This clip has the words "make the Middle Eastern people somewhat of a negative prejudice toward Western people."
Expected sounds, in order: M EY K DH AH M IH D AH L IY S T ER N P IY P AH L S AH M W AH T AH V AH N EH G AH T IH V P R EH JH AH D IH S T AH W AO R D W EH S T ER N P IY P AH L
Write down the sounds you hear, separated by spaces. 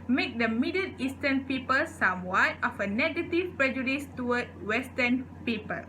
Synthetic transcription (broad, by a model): M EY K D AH M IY D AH N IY S T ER N P IY P AH L S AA M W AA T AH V AH N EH G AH T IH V P R EH JH AH D IH S T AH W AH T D W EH S T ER N P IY P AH L